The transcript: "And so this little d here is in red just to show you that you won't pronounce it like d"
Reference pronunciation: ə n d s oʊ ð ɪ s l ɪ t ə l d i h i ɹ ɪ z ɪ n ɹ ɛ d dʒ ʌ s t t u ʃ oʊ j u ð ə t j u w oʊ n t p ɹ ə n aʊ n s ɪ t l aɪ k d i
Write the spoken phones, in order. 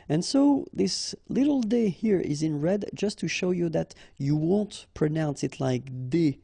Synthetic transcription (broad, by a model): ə n s oʊ ð ɪ s l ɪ t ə l d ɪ h i ɹ ɪ z ɪ n ɹ ɛ d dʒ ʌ s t t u ʃ oʊ j u ð ə t j u w oʊ n t p ɹ ə n aʊ n s ɪ t l aɪ k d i